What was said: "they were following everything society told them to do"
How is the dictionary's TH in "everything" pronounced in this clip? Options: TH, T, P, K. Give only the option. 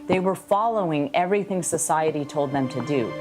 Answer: TH